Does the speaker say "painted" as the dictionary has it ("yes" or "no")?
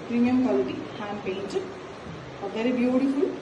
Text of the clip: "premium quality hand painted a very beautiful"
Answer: no